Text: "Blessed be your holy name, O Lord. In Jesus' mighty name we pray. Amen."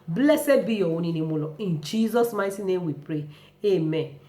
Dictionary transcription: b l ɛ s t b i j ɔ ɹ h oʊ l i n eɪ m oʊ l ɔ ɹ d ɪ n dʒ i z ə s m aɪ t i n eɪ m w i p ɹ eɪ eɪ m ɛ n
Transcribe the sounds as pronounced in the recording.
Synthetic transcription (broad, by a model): b l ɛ s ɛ b i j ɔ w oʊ n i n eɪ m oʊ l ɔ ɪ n dʒ i z ə s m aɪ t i n eɪ m w i p ɹ eɪ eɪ m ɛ n